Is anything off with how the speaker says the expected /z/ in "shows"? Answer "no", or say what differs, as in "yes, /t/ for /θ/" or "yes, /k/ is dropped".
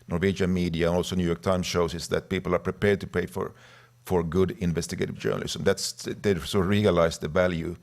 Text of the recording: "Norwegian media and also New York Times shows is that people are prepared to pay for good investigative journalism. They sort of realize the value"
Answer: yes, /s/ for /z/